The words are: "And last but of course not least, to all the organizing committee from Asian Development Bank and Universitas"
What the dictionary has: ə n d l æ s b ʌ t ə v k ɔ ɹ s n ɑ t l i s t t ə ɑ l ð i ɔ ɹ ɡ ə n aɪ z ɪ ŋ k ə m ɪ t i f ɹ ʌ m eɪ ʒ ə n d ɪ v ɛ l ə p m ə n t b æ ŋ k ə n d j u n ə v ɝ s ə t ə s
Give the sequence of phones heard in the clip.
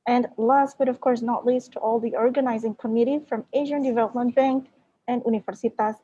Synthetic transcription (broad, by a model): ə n d l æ s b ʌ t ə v k ɔ ɹ s n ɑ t l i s t t ɑ l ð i ɔ ɹ ɡ ə n aɪ z ɪ ŋ k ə m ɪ t i f ɹ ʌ m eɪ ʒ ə n d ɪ v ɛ l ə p m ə n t b æ ŋ k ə n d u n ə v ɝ s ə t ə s